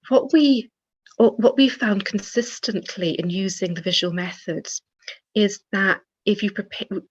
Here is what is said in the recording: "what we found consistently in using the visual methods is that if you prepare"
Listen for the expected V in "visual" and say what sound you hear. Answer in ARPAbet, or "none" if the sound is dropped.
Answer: V